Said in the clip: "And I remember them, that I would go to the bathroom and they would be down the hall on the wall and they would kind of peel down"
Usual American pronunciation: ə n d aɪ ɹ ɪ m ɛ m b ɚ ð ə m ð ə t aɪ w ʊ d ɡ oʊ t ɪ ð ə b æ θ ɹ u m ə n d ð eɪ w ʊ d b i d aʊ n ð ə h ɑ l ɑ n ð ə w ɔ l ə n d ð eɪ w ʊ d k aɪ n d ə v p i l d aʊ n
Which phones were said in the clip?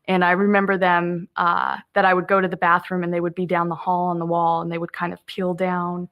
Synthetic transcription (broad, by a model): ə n aɪ ɹ ɪ m ɛ m b ɚ ð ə m ð ə t aɪ w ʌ d ɡ oʊ t ɪ ð ə b æ θ ɹ u m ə n ð eɪ w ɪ d b i d aʊ n ð ə h ɑ l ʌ n ð ə w ɔ l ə n ð eɪ w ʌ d k aɪ n d ə v p i l d aʊ n